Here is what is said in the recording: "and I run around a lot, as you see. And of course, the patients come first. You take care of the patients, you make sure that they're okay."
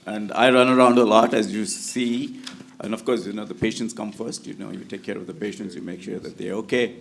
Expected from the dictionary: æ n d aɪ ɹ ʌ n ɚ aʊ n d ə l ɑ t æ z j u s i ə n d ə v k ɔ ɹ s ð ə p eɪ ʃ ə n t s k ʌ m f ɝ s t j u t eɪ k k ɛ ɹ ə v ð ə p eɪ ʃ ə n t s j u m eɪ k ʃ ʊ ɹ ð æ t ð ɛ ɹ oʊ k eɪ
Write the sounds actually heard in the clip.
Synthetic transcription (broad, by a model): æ n d aɪ ɹ ʌ n ɚ aʊ n d ə l ɑ t æ z j u s i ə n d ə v k ɔ ɹ s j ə p eɪ ʃ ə n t s k ʌ m f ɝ s t j u t eɪ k k ɛ ɹ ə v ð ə p eɪ ʃ ə n t s j u m eɪ k ʃ ʊ ɹ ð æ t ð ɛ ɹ oʊ k eɪ